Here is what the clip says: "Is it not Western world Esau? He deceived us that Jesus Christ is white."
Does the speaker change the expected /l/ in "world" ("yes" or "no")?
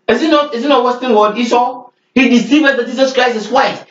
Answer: yes